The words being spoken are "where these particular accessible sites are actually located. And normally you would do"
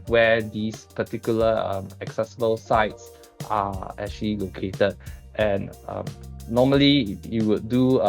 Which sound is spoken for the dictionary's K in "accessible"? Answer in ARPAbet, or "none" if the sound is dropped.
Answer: K